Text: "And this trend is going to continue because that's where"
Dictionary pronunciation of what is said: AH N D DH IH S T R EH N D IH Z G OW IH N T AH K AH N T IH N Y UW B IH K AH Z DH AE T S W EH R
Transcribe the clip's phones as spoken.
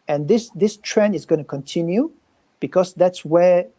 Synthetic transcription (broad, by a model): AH N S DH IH S T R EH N IH Z G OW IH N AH K AH N T IH N Y UW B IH K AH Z DH AE T S W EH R